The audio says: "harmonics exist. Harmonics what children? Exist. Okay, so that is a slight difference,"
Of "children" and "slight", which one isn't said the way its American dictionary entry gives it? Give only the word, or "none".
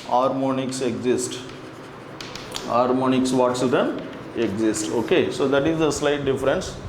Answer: children